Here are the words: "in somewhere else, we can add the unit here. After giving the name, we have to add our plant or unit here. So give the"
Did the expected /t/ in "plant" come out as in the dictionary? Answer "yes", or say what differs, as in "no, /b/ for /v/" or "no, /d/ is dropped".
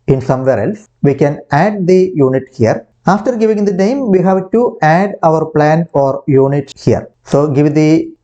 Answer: no, /t/ is dropped